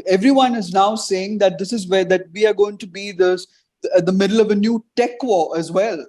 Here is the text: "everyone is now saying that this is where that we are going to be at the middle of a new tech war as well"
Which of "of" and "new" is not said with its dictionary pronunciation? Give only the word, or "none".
none